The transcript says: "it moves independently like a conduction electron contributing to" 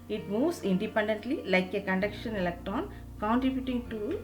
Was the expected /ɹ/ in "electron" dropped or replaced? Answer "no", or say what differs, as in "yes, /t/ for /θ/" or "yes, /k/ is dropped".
yes, /ɹ/ is dropped